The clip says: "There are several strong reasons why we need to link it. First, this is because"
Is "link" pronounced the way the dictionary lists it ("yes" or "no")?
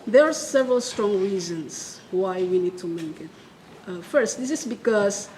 no